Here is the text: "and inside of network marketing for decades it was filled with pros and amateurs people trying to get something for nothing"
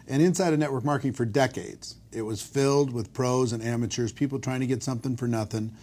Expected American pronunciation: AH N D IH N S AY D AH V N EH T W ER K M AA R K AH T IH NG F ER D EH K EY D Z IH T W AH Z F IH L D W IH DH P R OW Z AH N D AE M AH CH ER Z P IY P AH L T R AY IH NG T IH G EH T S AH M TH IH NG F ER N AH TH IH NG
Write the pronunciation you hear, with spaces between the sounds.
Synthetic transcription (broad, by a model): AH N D IH N S AY D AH N EH T W ER K M AA R K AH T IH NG F ER D EH K EY D Z IH T W AH Z F IH L D W IH DH P R OW Z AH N AE M AH CH ER Z P IY P L T R AY IH NG T IH G EH T S AH M TH IH NG F ER N AH TH IH NG